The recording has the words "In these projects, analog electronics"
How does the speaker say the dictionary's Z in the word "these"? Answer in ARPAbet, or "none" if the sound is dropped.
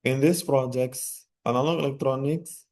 S